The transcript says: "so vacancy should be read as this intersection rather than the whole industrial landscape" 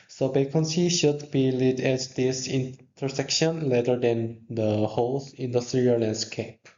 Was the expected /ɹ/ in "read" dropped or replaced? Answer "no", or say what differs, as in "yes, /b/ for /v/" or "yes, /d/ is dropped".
yes, /l/ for /ɹ/